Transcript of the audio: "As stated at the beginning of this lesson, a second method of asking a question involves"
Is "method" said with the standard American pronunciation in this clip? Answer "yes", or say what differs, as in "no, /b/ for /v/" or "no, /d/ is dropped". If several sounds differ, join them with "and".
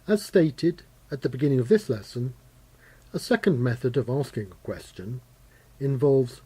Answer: yes